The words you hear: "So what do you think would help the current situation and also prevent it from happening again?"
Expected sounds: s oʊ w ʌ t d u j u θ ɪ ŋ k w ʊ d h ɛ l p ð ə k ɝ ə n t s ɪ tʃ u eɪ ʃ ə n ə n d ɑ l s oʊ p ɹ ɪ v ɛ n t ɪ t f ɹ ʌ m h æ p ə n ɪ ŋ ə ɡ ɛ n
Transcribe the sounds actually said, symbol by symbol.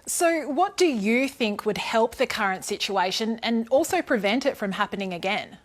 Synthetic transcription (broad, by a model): s oʊ w ʌ t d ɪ j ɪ θ ɪ ŋ k w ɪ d h ɛ l p ð ə k ɝ ə n t s ɪ tʃ u eɪ ʃ ə n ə n ɑ l s oʊ p ɹ ɪ v ɛ n t ɪ t f ɹ ʌ m h æ p ə n ɪ ŋ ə ɡ ɛ n